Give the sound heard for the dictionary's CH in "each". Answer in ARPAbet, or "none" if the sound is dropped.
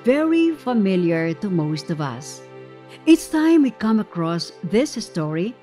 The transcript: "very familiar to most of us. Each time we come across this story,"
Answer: S